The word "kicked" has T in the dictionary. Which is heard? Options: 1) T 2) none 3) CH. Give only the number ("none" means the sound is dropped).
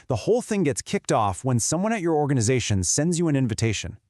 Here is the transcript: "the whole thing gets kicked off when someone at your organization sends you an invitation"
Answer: 1